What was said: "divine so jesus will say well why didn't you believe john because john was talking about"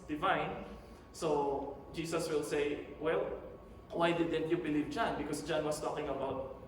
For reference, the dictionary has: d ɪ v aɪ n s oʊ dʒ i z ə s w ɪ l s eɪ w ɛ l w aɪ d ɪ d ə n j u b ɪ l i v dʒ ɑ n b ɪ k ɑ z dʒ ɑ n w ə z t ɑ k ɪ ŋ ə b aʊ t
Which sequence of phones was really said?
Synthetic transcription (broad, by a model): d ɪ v aɪ n s oʊ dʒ i s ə s w ɪ l s eɪ w ɛ l w aɪ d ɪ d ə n j u b ɪ l i v dʒ ɑ n b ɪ k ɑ s dʒ ɑ n w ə s t ɑ k ɪ ŋ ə b aʊ t